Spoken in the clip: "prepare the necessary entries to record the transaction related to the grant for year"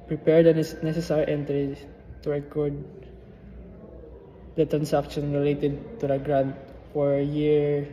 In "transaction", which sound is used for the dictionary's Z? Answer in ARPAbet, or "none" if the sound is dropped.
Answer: S